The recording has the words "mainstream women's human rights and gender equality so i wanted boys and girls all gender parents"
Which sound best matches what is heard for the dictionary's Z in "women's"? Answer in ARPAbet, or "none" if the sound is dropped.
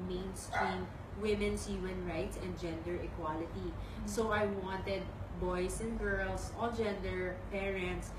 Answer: S